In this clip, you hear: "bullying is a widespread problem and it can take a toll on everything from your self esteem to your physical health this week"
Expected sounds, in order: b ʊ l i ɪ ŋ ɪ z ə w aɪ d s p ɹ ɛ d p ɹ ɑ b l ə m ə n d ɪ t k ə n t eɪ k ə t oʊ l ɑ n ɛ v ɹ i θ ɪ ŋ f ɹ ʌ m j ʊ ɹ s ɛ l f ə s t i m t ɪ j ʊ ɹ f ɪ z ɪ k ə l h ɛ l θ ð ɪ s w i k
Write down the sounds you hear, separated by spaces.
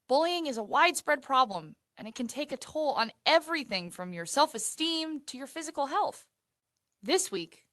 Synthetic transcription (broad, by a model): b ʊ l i ɪ ŋ ɪ z ə w aɪ d s p ɹ ɛ d p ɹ ɑ b l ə m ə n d ɪ t k ə n t eɪ k ə t oʊ l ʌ n ɛ v ɹ i θ ɪ ŋ f ɹ ʌ m j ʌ ɹ s ɛ l f ə s t i m t ɪ j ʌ ɹ f ɪ z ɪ k l h ɛ l θ ð ɪ s w i k